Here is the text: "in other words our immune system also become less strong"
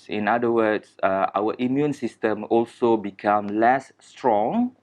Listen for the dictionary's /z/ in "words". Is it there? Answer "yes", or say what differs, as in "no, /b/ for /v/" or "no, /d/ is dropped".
no, /s/ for /z/